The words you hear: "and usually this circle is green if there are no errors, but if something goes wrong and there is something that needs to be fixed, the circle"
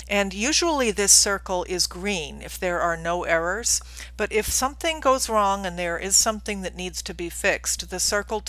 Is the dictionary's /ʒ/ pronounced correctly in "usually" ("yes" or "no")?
yes